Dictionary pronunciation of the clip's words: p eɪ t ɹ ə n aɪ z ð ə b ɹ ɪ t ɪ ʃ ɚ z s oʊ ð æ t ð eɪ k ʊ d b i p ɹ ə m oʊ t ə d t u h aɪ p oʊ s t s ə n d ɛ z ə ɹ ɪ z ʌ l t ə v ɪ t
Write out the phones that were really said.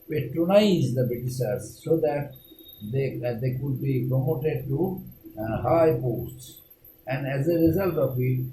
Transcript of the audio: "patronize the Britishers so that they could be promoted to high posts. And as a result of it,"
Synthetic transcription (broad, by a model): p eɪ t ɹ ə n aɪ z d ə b ɪ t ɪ s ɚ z s oʊ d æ t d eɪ k ʊ d b i p ɹ ə m oʊ t ə d t u h aɪ p oʊ s t s ə n d ɛ z ə ɹ ɪ z ʌ l t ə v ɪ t